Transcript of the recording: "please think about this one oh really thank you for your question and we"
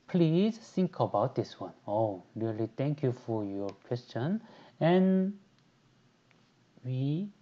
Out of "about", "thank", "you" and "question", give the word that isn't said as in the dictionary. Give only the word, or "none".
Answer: thank